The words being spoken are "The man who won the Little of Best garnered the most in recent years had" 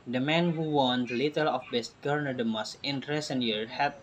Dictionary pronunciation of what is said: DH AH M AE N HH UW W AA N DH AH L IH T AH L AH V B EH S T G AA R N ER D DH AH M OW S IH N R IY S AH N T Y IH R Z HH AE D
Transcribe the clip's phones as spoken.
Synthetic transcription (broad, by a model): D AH M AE N HH UW W AA N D L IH T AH L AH F B EH S T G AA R N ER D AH M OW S IH N R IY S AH N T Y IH R HH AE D